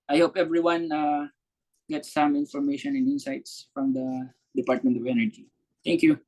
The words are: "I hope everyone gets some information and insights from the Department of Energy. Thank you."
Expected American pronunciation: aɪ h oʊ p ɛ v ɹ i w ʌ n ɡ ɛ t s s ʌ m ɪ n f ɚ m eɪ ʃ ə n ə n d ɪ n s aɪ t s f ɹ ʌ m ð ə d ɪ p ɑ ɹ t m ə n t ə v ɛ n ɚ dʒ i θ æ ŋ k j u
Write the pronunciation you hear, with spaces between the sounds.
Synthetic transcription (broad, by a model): aɪ h oʊ p ɛ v ɹ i w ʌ n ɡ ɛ t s s ʌ m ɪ n f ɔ m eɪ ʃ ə n ə n d ɪ n s aɪ t s f ɹ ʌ m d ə d ɪ p ɑ ɹ t m ə n t ə v ɛ n ɚ dʒ i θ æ ŋ k j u